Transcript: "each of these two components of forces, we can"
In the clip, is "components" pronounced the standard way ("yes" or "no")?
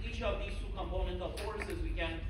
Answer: no